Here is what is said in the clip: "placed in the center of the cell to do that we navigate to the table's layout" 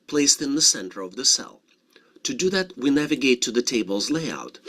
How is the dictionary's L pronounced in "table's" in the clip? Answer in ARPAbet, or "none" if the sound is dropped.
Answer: L